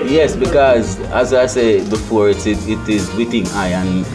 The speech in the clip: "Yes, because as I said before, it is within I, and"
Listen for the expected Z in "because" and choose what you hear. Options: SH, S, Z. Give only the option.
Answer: Z